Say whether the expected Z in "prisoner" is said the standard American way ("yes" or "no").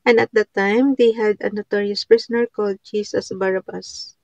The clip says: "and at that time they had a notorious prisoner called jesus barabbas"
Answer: no